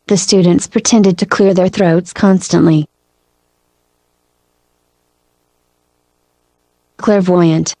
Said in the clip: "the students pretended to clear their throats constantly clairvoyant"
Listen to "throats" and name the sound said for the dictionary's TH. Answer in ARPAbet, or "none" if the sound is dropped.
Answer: TH